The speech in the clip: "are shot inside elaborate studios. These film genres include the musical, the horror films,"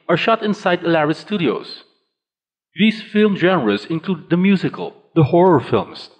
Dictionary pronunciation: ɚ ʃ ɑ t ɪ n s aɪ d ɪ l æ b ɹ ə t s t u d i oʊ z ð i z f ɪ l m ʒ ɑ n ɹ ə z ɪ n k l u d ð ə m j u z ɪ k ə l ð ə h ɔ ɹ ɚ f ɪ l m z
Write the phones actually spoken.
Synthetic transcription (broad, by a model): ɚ ʃ ɑ t ɪ n s aɪ d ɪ l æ ɹ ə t s t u d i oʊ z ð i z f ɪ l m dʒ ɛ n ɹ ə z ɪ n k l u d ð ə m j u z ɪ k ə l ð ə h ɔ ɹ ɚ f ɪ l m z